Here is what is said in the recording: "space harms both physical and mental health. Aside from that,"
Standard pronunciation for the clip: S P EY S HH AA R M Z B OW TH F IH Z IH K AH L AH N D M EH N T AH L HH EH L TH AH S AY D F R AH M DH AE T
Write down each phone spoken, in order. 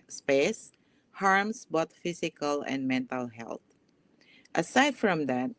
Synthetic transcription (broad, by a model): S P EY S HH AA R M S B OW T F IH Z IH K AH L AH N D M EH N T AH L HH EH L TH AH S AY D F R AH M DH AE T